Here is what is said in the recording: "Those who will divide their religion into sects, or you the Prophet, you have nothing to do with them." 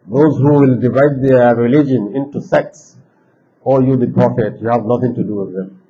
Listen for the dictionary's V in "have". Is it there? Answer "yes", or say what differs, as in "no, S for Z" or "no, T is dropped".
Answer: yes